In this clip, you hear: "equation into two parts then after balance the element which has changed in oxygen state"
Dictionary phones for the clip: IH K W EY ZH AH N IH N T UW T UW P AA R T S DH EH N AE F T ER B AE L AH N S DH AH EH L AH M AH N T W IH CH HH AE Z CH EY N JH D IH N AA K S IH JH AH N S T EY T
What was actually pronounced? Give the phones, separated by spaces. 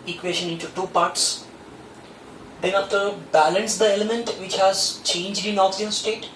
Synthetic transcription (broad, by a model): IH K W EY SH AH N IH N T UW T UW P AA R T S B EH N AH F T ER B AE L AH N S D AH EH L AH M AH N T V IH CH HH AE Z CH EY N JH D IH N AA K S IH AH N S T EY T